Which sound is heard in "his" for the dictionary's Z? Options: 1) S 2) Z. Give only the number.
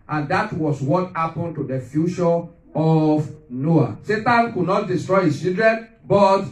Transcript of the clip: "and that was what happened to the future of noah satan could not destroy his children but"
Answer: 1